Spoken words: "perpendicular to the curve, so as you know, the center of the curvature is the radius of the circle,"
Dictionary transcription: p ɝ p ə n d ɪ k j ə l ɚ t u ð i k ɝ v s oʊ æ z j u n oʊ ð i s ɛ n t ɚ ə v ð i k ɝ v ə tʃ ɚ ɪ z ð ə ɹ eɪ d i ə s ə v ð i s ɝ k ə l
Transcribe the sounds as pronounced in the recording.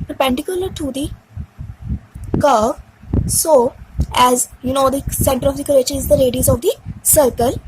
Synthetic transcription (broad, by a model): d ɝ p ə n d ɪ k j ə l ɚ t u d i k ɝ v s oʊ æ z j u n oʊ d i s ɛ n t ɚ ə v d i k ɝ ə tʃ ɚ ɪ z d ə ɹ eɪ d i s ə v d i s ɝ k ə l